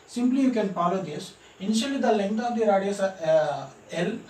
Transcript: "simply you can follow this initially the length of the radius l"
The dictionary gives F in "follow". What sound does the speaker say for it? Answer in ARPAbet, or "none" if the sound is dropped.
P